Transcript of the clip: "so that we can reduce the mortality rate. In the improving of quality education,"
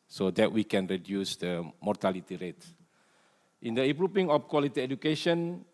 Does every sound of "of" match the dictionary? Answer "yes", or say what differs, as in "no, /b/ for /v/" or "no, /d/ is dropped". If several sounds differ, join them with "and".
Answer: no, /f/ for /v/